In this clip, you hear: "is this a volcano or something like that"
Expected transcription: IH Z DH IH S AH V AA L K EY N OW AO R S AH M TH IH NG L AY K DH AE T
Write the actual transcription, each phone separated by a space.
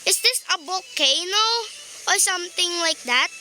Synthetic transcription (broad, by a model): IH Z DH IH S AH B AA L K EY N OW AO R S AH M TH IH NG L AY K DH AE T